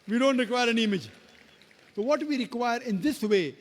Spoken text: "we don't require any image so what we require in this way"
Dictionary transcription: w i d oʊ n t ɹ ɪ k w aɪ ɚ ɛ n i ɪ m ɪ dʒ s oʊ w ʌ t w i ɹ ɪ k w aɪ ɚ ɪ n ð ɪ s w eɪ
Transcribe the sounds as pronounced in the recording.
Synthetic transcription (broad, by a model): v i d oʊ n t ɹ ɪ k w aɪ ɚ ɛ n i ɪ m ɪ dʒ s oʊ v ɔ t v i ɹ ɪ k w aɪ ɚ ɪ n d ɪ s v eɪ